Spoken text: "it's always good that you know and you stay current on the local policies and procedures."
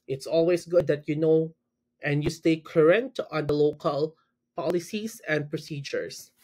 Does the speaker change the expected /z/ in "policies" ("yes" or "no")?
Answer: yes